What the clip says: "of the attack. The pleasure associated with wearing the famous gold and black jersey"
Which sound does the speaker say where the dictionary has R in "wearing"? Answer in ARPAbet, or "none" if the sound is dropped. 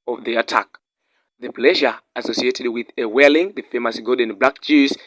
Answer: L